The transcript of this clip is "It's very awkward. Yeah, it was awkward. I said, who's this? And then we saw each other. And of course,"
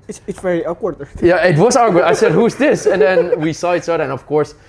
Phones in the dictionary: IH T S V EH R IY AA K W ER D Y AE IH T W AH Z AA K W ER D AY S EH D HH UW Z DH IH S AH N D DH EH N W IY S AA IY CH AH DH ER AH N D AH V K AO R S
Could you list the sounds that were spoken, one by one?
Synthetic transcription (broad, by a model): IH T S V EH R IY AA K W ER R Y AE IH T W AH Z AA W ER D AY S EH D HH UW Z DH IH S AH N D DH EH N W IY S AA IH S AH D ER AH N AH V K AO R S